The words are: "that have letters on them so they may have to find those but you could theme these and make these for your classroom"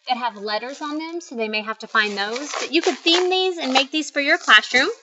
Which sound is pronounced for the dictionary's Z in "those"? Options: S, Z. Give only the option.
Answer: Z